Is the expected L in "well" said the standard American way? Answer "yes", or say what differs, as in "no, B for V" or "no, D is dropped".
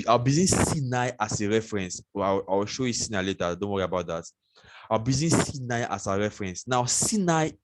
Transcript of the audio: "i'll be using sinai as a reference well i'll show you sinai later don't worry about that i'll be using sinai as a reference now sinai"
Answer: no, W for L